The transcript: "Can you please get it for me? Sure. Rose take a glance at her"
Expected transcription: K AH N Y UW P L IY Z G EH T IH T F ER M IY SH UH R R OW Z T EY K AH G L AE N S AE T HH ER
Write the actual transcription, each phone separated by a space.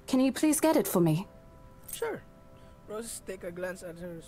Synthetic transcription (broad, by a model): K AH N Y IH P L IY Z G EH T IH T F ER M IY SH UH R R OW S T EY K AH G L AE N S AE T HH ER